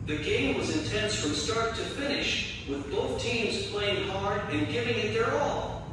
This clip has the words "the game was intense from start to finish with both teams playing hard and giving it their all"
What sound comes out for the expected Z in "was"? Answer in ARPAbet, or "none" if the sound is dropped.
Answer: Z